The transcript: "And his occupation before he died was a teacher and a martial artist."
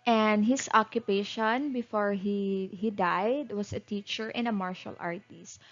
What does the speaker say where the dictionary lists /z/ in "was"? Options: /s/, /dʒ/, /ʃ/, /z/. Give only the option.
/s/